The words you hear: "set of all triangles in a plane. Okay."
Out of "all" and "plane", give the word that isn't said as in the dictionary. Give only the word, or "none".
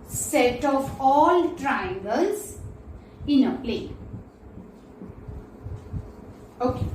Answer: plane